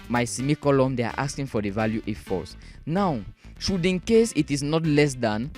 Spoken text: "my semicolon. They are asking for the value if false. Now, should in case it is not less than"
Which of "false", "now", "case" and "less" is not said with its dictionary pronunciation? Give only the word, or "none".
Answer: false